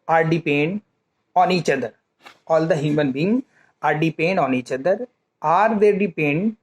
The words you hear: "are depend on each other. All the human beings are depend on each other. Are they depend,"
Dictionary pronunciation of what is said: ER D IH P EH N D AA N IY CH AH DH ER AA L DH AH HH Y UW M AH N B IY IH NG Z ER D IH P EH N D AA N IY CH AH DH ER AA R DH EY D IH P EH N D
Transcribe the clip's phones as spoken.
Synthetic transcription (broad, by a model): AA D IH P EH N D AA N IY CH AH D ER AA L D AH HH Y UW M AH N B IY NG ER D IH P EH N D AA N IY CH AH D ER AA R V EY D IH P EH N D